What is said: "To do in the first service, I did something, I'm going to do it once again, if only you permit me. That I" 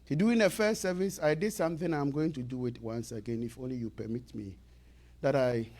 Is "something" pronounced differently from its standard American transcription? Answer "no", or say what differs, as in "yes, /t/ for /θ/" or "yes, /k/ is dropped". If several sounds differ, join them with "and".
no